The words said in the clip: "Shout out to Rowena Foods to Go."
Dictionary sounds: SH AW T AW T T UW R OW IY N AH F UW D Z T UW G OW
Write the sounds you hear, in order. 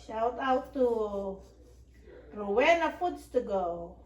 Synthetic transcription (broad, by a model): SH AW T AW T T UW W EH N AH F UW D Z T UW G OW